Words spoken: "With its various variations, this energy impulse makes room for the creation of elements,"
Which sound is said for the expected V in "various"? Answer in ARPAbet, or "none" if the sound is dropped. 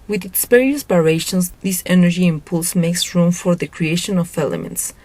P